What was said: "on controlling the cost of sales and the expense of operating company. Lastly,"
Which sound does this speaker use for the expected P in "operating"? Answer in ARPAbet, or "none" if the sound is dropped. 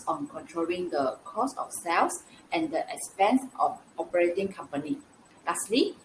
P